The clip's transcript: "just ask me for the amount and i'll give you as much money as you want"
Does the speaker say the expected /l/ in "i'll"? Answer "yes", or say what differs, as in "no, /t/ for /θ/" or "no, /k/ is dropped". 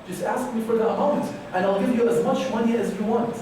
yes